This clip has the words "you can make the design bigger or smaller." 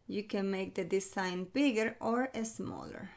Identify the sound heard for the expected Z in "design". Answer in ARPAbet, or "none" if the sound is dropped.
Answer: S